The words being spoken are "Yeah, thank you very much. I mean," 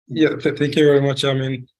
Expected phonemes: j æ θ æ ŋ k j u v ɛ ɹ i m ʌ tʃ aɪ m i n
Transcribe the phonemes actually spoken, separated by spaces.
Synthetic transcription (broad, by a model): j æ θ æ ŋ k j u v ɛ ɹ i m ʌ tʃ aɪ m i n